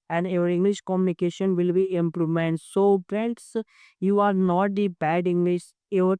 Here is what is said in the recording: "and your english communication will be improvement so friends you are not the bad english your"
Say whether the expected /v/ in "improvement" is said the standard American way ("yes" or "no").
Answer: no